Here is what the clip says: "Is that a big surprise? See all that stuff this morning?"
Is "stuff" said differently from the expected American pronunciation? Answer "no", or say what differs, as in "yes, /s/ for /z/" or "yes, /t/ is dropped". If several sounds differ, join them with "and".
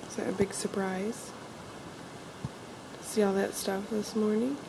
no